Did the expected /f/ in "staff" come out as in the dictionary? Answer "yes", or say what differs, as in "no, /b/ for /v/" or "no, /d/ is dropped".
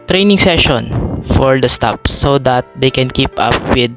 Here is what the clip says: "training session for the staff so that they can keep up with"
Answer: no, /p/ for /f/